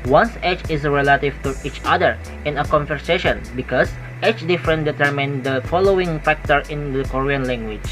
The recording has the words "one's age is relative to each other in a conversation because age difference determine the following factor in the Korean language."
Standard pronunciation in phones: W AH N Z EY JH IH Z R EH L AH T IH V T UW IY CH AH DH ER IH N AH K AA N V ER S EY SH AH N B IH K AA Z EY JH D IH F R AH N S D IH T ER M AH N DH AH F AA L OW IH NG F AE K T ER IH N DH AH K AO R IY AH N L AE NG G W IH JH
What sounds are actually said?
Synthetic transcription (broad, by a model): W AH N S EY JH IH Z R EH L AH T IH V T UW IY CH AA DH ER IH N AH K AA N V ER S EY SH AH N B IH K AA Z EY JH D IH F R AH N D IH T ER M AH N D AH F AA L OW IH NG F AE K T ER IH N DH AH K AO R IY AH N L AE NG G W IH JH